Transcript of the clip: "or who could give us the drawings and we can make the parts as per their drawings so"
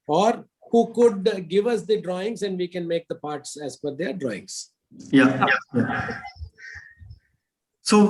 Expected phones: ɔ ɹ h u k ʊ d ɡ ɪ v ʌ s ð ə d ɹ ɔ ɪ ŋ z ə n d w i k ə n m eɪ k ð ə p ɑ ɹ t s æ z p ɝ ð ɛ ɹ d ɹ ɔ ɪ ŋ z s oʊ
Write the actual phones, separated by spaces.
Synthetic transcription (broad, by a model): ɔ ɹ h u k ʊ d ɡ ɪ v ʌ s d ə d ɹ ɔ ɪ ŋ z ə n d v i k ə n m eɪ k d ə p ɑ ɹ t s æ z f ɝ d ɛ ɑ d ɹ ɔ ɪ ŋ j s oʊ